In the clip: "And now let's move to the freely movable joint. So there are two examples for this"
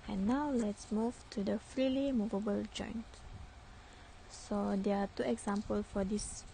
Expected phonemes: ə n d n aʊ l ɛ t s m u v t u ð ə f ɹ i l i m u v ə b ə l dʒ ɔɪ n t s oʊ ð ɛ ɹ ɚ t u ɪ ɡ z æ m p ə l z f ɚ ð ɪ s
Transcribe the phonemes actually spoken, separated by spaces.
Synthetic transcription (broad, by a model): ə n n aʊ l ɛ t s m u v t u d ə f ɹ i l i m u v ə b ə l dʒ ɔɪ n t s oʊ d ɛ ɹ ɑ t u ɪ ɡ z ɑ m p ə l f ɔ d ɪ s